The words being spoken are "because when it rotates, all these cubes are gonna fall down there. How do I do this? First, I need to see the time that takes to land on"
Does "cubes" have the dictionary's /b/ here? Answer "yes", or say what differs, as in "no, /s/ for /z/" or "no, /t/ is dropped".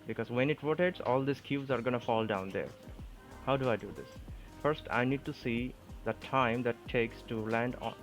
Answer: no, /b/ is dropped